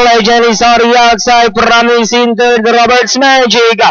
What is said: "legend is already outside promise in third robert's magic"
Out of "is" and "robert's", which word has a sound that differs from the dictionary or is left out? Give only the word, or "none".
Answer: is